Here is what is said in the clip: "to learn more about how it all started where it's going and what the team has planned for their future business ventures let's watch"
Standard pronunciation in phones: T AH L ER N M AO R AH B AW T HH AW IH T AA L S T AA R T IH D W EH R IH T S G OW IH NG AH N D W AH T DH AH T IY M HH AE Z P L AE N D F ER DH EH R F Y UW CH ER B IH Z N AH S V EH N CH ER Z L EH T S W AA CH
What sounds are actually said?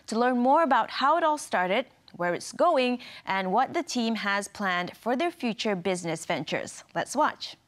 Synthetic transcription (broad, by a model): T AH L ER N M AO R AH B AW T HH AW IH T AA L S T AA R T IH D W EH R IH T S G OW IH NG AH N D W AH T DH AH T IY M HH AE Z P L AE N D F ER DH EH R F Y UW CH ER B IH Z N AH S V EH N CH ER Z L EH T S W AA CH